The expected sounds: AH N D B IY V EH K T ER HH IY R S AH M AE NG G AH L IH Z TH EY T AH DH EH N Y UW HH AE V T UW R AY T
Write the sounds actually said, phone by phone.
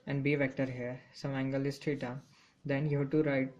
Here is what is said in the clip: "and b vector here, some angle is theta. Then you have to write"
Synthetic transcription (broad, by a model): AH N D B IY V EH K T ER HH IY R S AH M AE NG G AH L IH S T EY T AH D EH N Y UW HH T UW R AY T